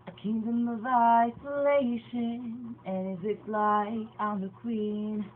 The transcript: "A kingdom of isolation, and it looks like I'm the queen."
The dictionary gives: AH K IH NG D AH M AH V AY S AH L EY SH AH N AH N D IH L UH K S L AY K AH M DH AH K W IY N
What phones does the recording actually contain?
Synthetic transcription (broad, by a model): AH K IH NG D AH M AH V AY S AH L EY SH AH N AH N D IH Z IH S L AY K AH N DH AH K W IY N